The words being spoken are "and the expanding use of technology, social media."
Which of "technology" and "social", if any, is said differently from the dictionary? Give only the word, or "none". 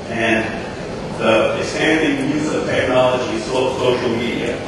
social